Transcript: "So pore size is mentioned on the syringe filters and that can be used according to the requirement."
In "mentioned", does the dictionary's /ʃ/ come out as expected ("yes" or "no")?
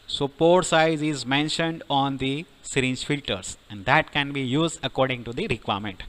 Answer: yes